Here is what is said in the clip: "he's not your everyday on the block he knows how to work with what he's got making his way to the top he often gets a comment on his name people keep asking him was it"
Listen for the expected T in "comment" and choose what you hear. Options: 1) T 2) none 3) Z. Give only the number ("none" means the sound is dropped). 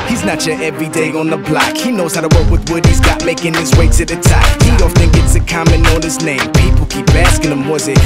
2